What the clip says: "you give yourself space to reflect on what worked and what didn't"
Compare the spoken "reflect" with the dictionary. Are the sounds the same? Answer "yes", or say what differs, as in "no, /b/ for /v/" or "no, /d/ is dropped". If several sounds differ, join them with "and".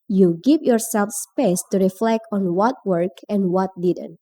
yes